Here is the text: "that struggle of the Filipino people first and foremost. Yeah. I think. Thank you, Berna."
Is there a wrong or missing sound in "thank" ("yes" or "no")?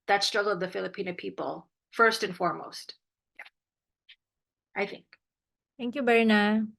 yes